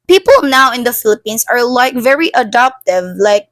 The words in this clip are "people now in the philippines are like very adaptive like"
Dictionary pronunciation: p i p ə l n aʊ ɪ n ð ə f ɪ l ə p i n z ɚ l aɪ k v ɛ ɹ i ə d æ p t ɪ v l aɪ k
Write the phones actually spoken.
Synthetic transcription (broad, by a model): p i p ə l n aʊ ɪ n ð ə f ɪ l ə p i n s ɚ l aɪ k v ɛ ɹ i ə d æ p t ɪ v l aɪ k